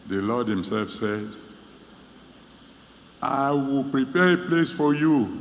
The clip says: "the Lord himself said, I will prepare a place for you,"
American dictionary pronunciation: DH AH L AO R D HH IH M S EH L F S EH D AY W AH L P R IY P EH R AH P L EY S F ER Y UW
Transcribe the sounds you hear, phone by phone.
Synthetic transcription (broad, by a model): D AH L AO D HH IH M S EH L F S EH D AY W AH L P R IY P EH AH P L EY S F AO Y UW